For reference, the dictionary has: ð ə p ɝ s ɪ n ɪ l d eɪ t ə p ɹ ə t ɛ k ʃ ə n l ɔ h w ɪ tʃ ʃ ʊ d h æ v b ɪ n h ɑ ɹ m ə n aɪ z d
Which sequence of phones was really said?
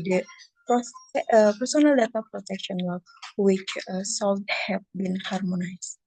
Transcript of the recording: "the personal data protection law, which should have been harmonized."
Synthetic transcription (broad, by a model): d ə p ɝ s ɪ n ɪ l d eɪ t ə p ɹ ə t ɛ k ʃ ə n w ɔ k w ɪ tʃ s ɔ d h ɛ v b ɪ n h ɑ ɹ m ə n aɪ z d